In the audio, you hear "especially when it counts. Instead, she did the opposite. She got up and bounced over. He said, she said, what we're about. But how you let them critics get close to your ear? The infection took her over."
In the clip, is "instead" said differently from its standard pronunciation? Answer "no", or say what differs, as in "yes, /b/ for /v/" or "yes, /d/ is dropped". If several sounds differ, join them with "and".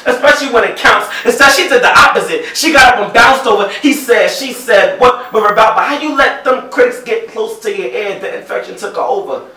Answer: yes, /n/ is dropped